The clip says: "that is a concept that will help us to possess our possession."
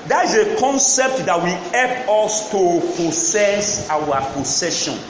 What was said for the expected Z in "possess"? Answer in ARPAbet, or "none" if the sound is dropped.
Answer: S